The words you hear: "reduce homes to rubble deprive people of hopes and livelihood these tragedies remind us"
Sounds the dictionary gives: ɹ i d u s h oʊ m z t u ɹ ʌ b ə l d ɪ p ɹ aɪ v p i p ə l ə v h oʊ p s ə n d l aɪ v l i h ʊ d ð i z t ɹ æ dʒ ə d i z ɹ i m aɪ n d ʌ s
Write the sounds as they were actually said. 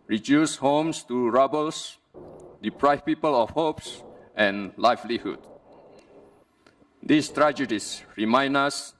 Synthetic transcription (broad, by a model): ɹ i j u s h oʊ m s t u ɹ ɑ b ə l d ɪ p ɹ aɪ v p i p ə l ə f h oʊ p s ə n l aɪ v l i h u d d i s t ɹ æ dʒ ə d i s ɹ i m aɪ n ʌ s